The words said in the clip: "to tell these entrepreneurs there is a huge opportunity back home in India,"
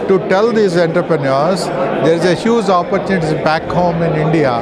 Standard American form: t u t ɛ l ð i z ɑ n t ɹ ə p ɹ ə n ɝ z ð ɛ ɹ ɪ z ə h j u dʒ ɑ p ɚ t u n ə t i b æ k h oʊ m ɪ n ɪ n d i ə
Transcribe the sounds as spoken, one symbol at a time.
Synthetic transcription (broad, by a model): t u t ɛ l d i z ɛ n t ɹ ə p ɹ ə n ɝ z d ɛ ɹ ɪ z ə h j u z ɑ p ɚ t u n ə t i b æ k h oʊ m ɪ n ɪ n d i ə